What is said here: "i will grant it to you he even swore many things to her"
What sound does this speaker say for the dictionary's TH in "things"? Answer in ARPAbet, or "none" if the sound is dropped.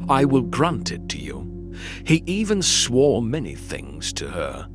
TH